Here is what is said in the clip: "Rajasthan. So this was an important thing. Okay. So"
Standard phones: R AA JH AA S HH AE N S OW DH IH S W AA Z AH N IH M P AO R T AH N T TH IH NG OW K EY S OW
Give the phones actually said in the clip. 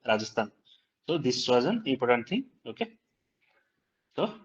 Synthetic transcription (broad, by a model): R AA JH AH S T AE N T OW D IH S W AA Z AH N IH P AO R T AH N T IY OW K EY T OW